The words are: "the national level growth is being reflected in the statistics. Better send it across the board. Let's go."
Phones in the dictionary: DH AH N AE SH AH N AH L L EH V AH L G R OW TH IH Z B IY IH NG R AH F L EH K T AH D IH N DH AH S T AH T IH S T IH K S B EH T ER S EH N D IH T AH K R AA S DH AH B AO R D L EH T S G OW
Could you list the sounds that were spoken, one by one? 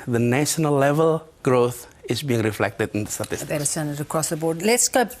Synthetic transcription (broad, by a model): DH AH N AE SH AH N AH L L EH V AH L G R OW TH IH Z B IY IH NG R AH F L EH K T AH D IH N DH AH S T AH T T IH S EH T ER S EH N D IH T AH K R AA S DH AH B AO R D L EH T S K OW